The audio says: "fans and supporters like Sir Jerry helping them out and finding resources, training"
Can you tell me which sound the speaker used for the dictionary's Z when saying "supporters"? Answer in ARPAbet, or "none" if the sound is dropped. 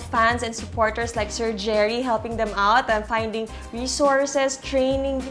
S